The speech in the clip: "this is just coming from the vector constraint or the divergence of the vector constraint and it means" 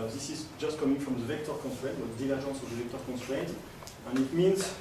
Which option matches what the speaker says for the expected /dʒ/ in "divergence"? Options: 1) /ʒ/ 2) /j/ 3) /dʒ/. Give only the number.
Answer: 1